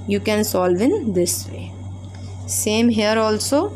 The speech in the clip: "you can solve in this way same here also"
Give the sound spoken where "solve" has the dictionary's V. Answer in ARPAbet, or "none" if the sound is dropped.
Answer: V